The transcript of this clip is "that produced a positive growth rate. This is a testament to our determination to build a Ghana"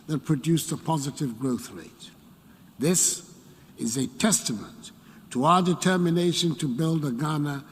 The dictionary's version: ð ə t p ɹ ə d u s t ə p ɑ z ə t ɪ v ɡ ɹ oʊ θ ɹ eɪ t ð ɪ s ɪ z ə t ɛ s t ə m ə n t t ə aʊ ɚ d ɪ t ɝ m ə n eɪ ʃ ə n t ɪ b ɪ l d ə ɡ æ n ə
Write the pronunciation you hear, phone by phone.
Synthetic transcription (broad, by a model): ð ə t p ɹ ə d u s ə p ɑ z ə t ɪ v ɡ ɹ oʊ θ ɹ eɪ t ð ɪ s ɪ z ə t ɛ s t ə m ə n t t ə aʊ ɚ d ɪ t ɝ m ə n eɪ ʃ ə n t ɪ b ɪ l d ə ɡ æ n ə